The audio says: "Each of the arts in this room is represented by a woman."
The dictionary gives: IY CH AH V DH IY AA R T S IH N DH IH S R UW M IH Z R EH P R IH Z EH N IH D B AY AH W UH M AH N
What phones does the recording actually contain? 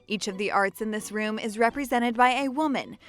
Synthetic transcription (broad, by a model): IY CH AH V DH IY AA R T S IH N DH IH S R UW M IH Z R EH P R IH Z EH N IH D B AY AH W UH M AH N